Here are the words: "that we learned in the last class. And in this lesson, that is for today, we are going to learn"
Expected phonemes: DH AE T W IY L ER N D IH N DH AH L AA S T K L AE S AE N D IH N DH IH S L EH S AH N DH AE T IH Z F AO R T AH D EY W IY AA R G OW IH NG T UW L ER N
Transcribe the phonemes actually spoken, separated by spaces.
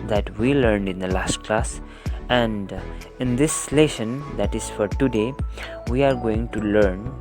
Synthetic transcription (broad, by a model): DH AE T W IY L ER N D IH N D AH L AA S T K L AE S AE N D IH N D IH S L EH SH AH N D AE T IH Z F AO R T AH D EY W IY AA R G OW IH NG T UW L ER N